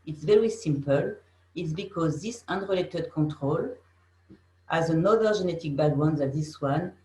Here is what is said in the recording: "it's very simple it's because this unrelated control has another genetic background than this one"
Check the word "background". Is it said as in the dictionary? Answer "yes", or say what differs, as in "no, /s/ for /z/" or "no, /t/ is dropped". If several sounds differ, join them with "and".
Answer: no, /k/ is dropped and /w/ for /ɹ/